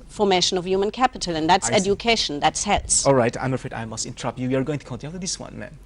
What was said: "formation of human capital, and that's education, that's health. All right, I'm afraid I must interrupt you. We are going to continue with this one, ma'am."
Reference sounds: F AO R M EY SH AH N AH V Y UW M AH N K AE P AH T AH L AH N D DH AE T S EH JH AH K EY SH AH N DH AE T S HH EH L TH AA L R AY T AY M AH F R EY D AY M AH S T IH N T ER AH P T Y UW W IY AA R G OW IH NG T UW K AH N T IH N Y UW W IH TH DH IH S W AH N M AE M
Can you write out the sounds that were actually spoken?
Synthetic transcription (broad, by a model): F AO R M EY SH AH N AH V Y UW M AH N K AE P AH T AH L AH N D DH AE T S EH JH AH K EY SH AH N DH AE T S HH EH L S AA L R AY T AY M AH F R EY D AY M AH S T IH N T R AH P Y UW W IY AA R G OW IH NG T UW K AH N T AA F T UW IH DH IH S W AH N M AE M